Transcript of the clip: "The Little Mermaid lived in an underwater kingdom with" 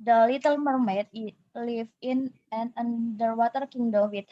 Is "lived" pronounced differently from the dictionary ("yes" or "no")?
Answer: yes